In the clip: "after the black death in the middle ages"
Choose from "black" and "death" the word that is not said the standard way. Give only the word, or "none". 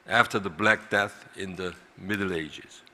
none